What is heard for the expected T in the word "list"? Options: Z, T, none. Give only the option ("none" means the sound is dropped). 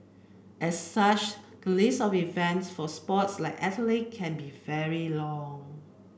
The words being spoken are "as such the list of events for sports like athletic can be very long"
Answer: none